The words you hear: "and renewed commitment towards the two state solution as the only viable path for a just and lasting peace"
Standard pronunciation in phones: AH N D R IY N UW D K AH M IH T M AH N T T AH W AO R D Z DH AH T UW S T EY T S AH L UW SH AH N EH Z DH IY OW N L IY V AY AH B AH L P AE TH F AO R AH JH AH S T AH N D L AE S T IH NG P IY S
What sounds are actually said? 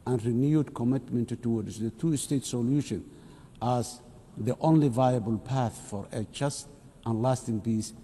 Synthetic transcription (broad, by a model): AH N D R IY N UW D K AH M IH T M AH N T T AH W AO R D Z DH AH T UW S T EY T S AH L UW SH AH N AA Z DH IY OW N L IY V AY AH B AH L P AE TH F AO R AH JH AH S T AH N L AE S T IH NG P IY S